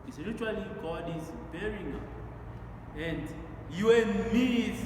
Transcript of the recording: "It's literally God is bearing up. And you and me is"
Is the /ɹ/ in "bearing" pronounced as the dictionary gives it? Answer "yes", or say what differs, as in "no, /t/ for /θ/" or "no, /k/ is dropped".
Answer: yes